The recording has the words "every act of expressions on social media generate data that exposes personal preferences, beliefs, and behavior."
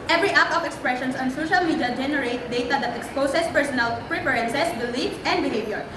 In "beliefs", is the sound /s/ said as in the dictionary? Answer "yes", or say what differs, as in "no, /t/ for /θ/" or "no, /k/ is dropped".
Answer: no, /s/ is dropped